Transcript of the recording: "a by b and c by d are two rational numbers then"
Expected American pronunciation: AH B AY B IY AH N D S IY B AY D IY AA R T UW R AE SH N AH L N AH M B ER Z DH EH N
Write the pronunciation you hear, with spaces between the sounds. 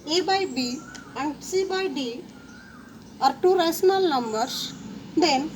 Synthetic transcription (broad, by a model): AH B AY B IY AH N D S IY B AY D IY AA R T UW R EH S N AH L N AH M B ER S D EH N